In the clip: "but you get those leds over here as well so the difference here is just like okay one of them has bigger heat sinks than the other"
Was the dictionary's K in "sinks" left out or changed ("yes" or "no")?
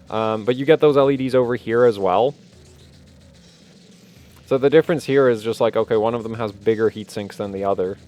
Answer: no